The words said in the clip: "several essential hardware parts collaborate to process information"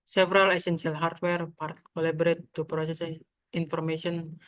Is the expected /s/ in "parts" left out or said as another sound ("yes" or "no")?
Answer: yes